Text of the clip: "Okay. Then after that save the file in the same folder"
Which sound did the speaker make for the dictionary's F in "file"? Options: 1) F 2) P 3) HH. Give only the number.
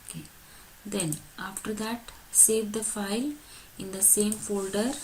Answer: 1